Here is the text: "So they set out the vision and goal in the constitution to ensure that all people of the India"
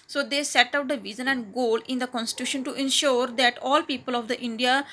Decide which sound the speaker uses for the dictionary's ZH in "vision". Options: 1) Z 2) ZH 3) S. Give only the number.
1